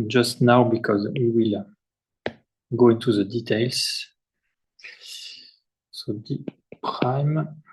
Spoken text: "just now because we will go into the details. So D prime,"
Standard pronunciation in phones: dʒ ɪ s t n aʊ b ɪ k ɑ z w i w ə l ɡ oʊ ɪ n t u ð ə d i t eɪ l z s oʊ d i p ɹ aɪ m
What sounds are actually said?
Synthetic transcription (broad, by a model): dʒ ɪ s t n aʊ b ɪ k ɑ z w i w ə l ɡ oʊ ɪ n t u ð ə d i t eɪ l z s oʊ d i p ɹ aɪ m